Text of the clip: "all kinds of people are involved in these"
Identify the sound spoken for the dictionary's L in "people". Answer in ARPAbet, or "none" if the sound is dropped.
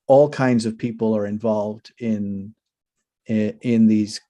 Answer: L